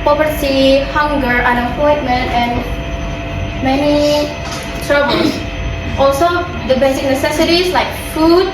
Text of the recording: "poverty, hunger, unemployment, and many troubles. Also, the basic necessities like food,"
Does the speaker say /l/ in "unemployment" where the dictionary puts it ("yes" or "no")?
no